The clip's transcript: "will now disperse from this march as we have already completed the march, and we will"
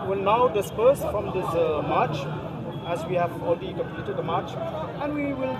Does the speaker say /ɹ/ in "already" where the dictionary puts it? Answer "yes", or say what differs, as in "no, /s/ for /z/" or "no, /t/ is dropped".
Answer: no, /l/ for /ɹ/